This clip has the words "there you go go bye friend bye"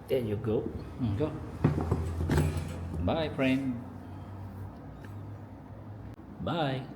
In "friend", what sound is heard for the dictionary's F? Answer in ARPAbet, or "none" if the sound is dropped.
P